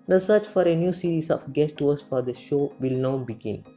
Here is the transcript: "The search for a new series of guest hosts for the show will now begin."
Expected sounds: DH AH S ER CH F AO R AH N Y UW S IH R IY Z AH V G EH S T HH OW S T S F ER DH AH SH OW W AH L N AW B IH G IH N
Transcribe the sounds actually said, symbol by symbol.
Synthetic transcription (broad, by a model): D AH S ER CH F AO R AH N Y UW S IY R IY S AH F G EH S T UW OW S S F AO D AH SH OW W AH L N AW B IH G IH N